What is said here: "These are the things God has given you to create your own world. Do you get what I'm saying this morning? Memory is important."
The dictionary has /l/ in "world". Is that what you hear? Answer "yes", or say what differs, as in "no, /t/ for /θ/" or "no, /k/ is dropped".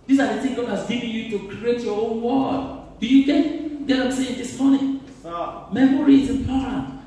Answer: no, /l/ is dropped